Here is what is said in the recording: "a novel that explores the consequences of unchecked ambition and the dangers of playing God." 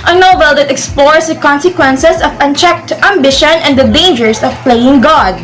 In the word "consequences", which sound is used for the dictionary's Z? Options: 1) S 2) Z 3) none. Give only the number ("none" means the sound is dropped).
1